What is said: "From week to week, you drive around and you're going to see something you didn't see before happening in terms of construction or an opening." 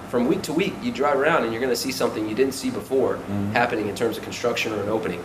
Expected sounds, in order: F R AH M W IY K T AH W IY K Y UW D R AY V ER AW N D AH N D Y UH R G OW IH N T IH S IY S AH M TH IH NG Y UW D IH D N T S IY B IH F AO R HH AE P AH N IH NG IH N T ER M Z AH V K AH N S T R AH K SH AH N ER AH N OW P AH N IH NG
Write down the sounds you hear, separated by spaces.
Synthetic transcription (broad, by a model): F R AH M W IY K T AH W IY K Y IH D R AY V ER AW N D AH N Y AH R G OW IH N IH S IY S AH M TH IH NG Y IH D IH D N T S IY B IH F AO R HH AE P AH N IH NG IH N T ER M Z AH V K N S T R AH K SH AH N ER AH N OW P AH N IH NG